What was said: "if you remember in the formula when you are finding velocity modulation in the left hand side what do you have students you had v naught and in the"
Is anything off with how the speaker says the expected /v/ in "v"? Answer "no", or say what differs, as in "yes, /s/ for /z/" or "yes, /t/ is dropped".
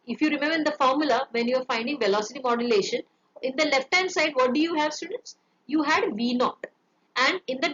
no